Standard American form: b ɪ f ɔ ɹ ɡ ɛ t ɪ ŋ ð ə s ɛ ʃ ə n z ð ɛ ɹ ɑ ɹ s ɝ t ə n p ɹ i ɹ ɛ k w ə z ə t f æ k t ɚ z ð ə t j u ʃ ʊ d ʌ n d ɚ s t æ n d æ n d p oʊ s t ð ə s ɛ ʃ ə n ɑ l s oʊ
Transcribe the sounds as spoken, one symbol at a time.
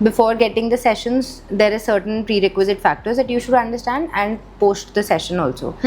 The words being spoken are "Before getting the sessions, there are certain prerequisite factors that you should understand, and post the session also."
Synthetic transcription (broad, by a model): b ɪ f ɔ ɹ ɡ ɛ t ɪ ŋ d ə s ɛ ʃ ə n z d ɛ ɹ ɑ ɹ s ɝ t ə n p ɹ i ɹ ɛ k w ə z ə t f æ k t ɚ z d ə t j u ʃ ʊ d ʌ n d ɚ s t æ n d æ n d p oʊ s t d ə s ɛ ʃ ə n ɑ l s oʊ